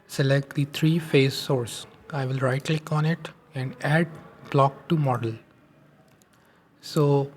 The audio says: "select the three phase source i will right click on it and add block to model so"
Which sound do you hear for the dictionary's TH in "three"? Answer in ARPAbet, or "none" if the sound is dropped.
T